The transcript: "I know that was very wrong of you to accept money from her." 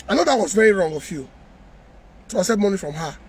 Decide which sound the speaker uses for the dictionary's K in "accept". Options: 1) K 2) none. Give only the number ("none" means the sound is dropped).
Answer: 2